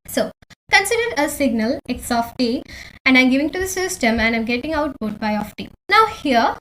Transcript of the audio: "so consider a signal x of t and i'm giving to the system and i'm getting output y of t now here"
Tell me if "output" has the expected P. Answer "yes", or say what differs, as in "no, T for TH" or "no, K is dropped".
no, B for P